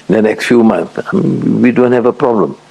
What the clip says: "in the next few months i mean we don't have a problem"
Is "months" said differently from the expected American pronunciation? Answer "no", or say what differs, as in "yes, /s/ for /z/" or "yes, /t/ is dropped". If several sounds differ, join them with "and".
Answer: yes, /s/ is dropped